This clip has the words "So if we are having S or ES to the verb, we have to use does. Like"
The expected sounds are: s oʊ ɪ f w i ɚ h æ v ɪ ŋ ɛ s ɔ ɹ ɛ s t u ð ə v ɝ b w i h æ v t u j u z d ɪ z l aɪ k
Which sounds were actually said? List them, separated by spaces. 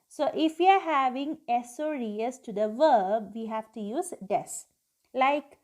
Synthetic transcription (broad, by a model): s oʊ ɪ f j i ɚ h æ v ɪ ŋ ɛ s ɔ ɹ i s t u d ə v ɝ b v i h æ v t u j u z d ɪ s l aɪ k